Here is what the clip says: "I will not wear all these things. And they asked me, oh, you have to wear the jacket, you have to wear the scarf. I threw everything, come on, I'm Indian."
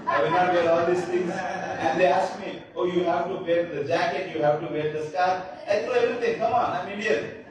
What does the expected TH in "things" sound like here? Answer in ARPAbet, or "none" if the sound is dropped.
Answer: T